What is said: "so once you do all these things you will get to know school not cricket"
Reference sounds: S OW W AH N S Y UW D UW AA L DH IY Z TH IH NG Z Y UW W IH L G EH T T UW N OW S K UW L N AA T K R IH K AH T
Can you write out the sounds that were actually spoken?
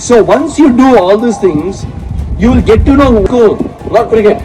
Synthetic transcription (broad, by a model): S OW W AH N S Y UW D UW AA L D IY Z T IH NG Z Y UW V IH L G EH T T UW N OW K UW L L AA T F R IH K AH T